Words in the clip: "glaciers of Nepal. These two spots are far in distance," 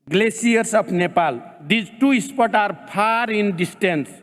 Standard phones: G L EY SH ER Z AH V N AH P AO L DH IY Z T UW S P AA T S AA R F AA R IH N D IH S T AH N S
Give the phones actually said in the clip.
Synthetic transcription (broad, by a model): G L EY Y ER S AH P N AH P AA L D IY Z T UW S P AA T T AA R P AA R IH N D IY S T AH N S